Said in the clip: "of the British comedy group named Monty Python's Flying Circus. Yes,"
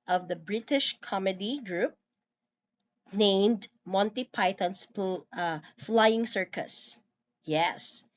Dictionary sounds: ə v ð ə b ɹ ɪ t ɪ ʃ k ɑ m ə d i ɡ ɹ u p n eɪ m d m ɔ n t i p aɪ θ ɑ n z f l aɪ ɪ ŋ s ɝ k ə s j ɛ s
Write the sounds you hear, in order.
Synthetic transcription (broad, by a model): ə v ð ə b ɹ ɪ t ɪ ʃ k ɑ m ə d i ɡ ɹ u p n eɪ m d m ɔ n t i p aɪ t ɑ n s f l aɪ ɪ ŋ s ɝ k ə s j ɛ s